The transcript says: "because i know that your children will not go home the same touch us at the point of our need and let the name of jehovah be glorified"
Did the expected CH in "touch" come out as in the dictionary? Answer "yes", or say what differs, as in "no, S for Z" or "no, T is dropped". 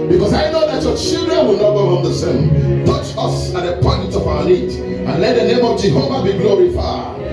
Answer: yes